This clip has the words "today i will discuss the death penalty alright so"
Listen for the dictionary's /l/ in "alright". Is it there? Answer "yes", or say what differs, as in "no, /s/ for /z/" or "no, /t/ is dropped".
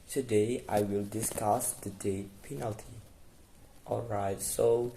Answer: yes